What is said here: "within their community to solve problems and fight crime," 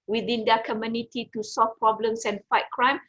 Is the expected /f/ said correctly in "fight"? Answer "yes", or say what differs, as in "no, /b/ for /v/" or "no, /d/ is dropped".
yes